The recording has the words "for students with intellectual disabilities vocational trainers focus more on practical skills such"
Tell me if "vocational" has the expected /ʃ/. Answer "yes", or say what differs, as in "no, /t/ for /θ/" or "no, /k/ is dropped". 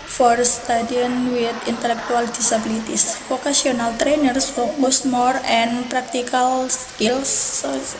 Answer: no, /s/ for /ʃ/